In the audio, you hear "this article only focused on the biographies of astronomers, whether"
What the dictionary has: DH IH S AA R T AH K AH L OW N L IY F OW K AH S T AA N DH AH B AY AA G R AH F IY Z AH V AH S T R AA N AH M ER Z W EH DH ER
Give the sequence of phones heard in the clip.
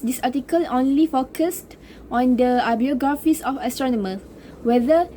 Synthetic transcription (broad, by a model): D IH S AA T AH K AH L OW N L IY F OW K AH S T AA N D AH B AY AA G R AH F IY S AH F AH S T R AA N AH M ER S W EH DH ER